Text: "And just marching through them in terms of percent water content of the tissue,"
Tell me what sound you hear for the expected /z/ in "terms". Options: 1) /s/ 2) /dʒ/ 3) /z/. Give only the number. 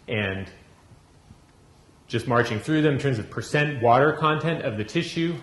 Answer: 3